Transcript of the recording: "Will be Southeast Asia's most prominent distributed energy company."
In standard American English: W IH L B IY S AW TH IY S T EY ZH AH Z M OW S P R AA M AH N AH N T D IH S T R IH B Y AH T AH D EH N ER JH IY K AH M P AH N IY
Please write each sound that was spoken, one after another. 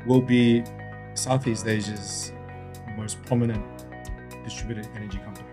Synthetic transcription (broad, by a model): W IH L B IY S AW TH IY S T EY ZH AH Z M OW S P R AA M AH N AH N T D IH S T R IH B Y AH T AH D EH N ER JH IY K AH M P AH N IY